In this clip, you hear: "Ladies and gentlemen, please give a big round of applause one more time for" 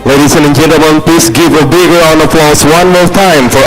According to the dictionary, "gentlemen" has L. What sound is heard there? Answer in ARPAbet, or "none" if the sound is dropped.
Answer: none